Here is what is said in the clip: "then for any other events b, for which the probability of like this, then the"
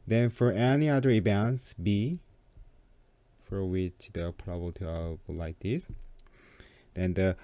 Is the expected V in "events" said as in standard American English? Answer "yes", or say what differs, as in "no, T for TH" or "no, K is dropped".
no, B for V